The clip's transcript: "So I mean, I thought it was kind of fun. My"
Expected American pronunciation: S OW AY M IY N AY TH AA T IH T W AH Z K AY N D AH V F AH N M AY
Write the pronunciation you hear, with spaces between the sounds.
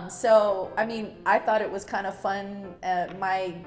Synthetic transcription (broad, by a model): S OW AY M IY N AY TH AA T IH T W AH Z K AY N D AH F AH N M AY